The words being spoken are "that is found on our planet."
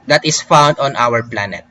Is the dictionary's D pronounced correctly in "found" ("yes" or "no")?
yes